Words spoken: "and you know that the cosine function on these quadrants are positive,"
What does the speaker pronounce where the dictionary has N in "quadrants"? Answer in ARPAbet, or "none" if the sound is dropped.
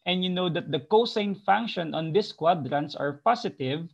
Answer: N